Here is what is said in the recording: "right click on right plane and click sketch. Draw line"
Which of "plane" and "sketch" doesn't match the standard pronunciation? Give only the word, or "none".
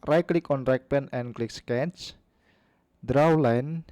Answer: plane